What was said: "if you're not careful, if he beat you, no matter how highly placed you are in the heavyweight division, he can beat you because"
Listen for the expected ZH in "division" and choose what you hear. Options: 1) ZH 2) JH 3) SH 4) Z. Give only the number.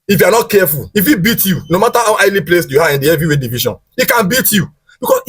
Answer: 3